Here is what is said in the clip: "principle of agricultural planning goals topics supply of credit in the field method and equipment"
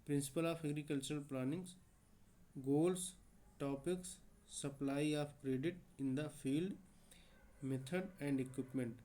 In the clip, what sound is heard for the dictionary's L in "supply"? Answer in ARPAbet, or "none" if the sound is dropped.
L